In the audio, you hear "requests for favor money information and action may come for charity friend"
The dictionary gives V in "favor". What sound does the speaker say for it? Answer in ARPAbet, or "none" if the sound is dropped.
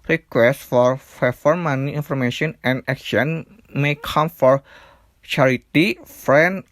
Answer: F